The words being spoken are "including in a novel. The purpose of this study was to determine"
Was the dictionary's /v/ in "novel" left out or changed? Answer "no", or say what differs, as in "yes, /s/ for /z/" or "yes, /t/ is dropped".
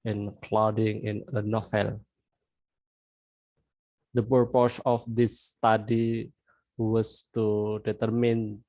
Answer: yes, /f/ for /v/